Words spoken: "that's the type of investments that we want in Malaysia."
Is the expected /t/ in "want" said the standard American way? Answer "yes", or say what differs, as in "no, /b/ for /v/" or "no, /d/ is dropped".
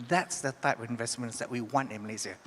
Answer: yes